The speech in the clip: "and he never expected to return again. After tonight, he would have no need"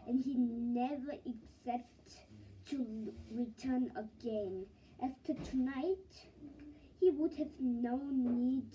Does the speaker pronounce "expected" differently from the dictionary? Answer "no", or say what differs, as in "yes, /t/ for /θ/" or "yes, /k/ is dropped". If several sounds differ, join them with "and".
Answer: yes, /p/ is dropped